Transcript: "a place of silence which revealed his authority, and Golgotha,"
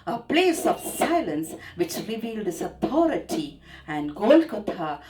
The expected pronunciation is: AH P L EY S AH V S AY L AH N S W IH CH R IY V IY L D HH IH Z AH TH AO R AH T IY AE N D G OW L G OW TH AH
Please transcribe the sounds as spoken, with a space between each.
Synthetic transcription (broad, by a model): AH P L EY S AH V S AY L AH N S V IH CH R IY V IY L D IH S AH T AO R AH T IY AE N D G OW L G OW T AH